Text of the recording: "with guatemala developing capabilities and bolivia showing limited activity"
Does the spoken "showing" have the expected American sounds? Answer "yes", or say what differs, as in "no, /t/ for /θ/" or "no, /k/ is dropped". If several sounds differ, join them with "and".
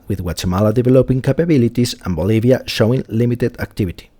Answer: yes